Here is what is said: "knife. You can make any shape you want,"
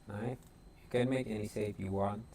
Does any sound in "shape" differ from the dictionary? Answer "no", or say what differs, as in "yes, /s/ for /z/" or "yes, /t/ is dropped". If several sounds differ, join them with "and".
yes, /s/ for /ʃ/ and /f/ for /p/